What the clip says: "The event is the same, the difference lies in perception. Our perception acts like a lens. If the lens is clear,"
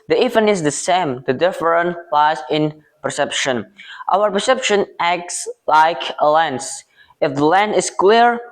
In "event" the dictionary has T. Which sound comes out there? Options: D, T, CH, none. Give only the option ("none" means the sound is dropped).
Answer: none